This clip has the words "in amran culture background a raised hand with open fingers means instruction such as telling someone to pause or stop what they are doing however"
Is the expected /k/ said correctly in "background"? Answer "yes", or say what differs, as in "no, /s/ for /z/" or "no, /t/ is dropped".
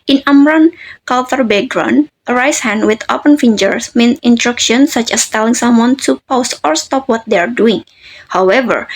no, /k/ is dropped